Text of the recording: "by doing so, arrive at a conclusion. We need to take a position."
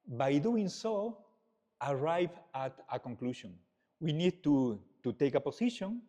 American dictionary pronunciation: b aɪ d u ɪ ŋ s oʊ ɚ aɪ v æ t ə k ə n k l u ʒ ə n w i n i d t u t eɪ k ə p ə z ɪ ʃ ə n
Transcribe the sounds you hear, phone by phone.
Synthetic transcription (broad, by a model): b aɪ d u ɪ ŋ s oʊ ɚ aɪ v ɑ t ə k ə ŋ k l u ʃ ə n w i n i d t u t eɪ k ə p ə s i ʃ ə n